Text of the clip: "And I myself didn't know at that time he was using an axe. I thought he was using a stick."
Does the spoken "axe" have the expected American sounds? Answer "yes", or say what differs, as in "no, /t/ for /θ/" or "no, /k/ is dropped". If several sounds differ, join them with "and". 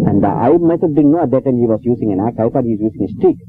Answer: no, /s/ is dropped